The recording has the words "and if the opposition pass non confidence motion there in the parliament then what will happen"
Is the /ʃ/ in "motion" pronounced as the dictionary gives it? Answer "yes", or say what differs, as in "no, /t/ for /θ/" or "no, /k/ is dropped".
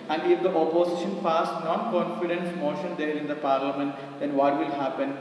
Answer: yes